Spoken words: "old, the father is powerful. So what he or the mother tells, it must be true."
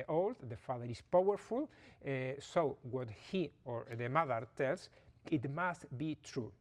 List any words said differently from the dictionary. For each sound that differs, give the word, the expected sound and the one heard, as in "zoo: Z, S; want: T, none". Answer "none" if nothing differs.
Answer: is: Z, S; tells: Z, S